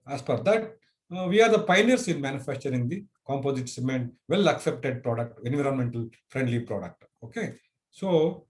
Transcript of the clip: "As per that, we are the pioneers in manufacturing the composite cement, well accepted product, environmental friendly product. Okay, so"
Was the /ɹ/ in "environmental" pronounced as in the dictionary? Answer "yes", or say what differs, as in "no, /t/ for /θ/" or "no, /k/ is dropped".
yes